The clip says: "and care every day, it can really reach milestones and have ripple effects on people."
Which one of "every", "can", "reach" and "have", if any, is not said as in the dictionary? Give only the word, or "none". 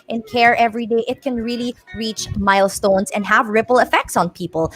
none